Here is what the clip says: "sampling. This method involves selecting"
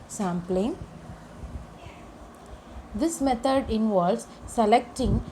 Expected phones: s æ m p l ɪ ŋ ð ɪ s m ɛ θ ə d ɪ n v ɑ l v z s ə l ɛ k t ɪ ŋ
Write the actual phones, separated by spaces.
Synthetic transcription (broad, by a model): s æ m p l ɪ ŋ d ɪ s m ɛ t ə d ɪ n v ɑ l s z s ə l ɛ k t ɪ ŋ